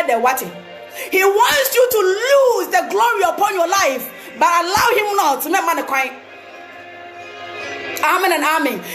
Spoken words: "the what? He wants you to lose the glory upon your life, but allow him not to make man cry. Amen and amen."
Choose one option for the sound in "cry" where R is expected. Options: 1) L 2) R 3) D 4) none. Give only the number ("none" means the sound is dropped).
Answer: 4